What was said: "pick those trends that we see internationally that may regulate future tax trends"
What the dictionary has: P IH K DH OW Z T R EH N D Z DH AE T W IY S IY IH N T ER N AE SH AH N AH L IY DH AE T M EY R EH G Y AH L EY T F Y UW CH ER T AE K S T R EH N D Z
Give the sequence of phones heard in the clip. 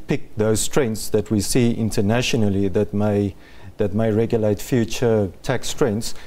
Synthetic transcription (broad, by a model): P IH K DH OW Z T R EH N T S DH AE T W IY S IY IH N T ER N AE SH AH N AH L IY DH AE T M EY R EH G Y AH L EY T F Y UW CH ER T AE K S T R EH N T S